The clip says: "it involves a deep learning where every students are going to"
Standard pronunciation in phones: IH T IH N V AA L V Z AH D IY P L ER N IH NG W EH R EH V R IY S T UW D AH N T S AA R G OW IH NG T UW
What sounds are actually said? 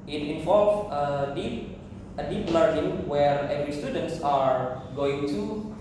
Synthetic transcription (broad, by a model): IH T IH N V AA L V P AH D IY P L ER N IH NG W EH R EH V R IY S T UW D AH N T S AA R G OW IH NG T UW